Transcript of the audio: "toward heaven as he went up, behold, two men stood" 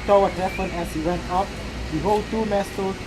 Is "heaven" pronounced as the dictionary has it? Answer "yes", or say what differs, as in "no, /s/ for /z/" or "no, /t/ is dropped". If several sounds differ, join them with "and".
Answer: no, /p/ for /v/